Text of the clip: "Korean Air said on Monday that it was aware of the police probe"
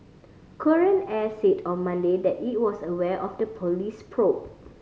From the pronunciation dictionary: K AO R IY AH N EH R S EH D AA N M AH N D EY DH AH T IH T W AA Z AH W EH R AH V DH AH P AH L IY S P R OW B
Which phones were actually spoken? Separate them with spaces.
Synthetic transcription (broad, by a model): K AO R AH N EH S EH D AA N M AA N D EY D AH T IH T W AA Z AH W EH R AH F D AH P AH L IY S P R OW